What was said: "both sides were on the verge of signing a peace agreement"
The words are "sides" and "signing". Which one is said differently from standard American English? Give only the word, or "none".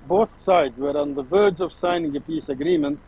none